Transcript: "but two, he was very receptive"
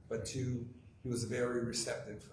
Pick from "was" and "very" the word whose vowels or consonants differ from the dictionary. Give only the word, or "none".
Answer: none